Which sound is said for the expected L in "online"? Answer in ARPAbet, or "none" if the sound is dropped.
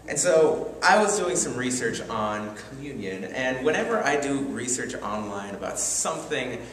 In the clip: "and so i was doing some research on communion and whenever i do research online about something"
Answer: L